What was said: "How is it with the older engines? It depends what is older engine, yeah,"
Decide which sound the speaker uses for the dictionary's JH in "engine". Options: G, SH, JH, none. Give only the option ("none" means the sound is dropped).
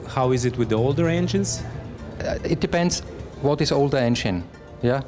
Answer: SH